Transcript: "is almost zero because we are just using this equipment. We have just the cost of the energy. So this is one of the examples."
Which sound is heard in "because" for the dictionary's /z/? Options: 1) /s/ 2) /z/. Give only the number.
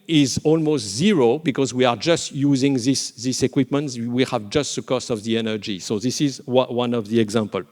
2